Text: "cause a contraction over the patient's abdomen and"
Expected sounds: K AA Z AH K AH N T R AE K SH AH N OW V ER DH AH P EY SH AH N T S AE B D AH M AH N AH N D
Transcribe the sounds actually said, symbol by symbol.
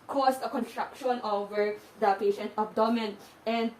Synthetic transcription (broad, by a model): K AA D AH K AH N T R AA K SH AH N OW V ER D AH P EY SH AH N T AO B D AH M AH N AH N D